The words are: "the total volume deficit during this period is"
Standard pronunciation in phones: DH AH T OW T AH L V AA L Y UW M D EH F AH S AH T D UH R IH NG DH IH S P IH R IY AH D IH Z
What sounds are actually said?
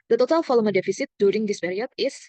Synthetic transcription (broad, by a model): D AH T OW T AH L F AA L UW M D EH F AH S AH T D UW R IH NG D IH S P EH R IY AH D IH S